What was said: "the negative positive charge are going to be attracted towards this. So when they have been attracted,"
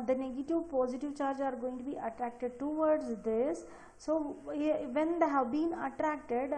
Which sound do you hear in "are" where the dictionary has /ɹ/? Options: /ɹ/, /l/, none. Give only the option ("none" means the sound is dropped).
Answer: /ɹ/